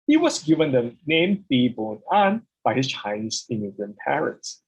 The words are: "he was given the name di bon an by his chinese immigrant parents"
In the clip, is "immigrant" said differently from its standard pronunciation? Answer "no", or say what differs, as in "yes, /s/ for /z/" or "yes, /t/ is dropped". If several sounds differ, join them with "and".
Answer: yes, /ɹ/ is dropped